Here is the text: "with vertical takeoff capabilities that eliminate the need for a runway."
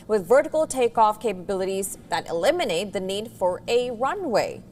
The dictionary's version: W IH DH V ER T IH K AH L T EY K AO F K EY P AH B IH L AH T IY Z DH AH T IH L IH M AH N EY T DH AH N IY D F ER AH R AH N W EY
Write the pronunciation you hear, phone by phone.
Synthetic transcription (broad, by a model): W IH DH V ER T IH K L T EY K AO F K EY P AH B IH L AH T IY Z DH AH T IH L IH M AH N EY T DH AH N IY D F ER AH R AH N W EY